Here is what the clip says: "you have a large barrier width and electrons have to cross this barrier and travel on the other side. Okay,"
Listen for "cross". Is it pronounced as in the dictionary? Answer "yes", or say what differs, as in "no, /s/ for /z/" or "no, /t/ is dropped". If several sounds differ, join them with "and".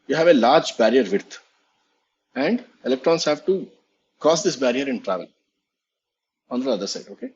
no, /ɹ/ is dropped